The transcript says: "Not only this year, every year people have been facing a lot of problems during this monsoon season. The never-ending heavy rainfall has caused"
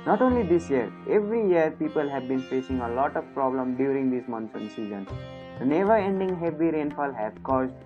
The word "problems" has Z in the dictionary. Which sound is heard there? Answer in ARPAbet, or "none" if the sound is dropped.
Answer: none